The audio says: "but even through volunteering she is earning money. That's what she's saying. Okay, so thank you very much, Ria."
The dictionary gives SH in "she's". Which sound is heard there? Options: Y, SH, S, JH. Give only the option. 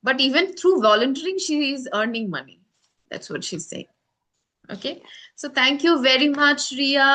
SH